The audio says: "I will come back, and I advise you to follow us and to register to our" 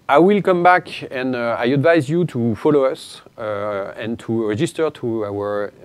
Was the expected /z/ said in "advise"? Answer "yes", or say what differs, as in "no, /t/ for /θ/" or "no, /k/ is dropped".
yes